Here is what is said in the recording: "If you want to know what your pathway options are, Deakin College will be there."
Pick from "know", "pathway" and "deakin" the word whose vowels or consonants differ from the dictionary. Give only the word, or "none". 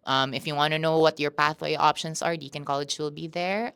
none